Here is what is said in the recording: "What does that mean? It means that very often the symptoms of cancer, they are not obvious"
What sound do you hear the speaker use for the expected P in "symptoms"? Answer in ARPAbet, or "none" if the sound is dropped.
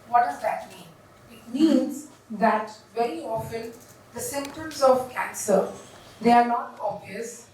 P